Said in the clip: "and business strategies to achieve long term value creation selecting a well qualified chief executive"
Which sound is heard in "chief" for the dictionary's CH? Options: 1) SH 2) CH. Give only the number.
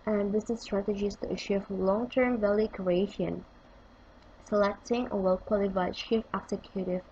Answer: 1